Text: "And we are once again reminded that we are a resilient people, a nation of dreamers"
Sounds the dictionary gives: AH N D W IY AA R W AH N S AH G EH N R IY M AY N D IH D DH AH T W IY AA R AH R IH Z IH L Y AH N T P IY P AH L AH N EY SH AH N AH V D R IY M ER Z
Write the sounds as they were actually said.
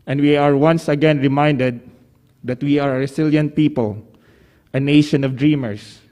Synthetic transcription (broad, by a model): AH N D W IY AA R W AH N S AH G EH N R IY M AY N D IH D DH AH T W IY AA R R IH S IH L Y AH N P IY P AH L AH N EY SH AH N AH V D R IY M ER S